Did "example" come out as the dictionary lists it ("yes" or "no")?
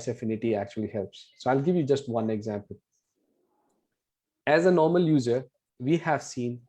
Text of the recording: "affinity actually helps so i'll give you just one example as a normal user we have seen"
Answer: yes